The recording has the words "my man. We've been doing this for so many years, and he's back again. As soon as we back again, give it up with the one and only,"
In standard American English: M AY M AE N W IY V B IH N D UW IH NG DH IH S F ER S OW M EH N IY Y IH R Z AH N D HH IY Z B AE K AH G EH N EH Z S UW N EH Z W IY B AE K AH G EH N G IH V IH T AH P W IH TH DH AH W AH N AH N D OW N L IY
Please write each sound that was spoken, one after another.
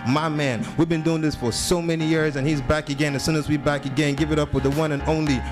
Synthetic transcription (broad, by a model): M AY M AE N W IY V B IH N D UW IH NG DH IH S F ER S OW M EH N IY Y IH R Z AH N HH IY Z B AE K AH G EH N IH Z S UW N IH Z W IY B AE K AH G EH N G IH V IH T AH P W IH DH AH W AH N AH N OW N L IY